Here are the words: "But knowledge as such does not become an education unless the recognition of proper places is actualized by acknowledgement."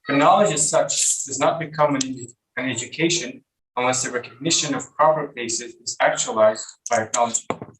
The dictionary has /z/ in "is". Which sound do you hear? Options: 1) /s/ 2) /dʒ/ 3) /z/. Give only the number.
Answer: 3